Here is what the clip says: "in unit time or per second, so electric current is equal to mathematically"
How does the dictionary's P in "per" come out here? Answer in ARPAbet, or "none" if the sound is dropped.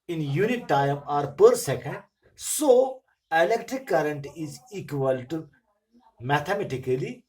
P